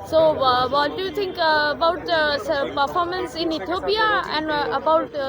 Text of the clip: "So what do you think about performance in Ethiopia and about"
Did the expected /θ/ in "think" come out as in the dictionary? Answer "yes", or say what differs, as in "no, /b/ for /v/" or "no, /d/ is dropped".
no, /t/ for /θ/